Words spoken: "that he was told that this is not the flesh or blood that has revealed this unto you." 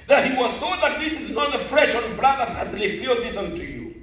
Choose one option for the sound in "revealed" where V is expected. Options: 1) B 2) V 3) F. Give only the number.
3